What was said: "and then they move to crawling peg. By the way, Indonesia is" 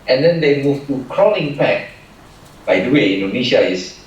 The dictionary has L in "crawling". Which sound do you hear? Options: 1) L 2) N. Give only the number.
2